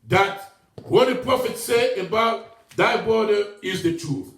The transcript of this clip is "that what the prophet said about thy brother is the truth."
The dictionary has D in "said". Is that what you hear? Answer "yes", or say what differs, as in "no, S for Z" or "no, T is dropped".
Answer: no, D is dropped